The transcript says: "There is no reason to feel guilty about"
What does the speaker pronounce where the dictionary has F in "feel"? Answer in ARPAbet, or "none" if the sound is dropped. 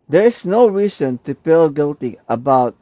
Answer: P